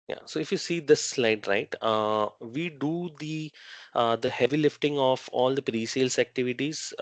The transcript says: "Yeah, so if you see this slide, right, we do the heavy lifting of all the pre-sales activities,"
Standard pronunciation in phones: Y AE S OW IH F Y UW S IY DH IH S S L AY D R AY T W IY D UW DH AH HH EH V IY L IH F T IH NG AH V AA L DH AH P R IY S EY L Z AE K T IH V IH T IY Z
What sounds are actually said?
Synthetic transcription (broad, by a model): Y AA S OW IH F Y UW S IY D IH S S L AY D R AY T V IY D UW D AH HH EH V IY L IH F T IH NG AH F AA L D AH P R IY S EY L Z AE K T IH V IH T IY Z